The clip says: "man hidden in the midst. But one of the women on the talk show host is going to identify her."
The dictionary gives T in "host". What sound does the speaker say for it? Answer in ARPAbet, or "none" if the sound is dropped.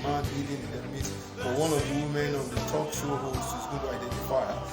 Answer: none